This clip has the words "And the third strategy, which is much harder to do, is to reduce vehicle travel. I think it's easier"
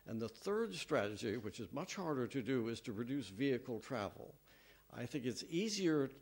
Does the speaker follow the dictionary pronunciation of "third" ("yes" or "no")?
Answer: yes